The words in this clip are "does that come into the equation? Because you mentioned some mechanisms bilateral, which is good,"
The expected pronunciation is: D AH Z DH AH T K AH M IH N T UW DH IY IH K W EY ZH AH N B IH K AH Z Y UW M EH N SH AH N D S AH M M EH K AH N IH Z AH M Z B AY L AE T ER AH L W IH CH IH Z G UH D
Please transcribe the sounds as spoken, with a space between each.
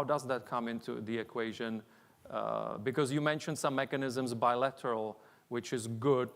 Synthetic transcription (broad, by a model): D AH Z DH AH T K AH M IH N T UW DH IY IH K W EY ZH AH N B IH K AH Z Y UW M EH N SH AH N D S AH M M EH K AH N IH Z AH M Z B AY L AE T ER AH L W IH CH IH Z G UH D